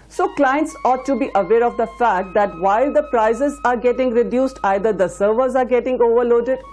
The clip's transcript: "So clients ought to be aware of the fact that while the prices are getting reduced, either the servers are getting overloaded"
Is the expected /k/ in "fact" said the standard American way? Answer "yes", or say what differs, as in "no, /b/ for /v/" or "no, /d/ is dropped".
yes